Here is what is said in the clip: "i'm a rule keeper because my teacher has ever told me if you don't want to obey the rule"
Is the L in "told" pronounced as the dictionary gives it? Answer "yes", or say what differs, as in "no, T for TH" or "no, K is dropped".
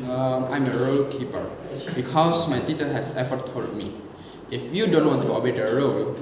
no, L is dropped